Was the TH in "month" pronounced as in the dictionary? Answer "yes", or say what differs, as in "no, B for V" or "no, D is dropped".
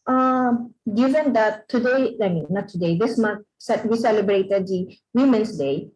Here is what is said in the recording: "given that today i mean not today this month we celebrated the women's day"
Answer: no, S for TH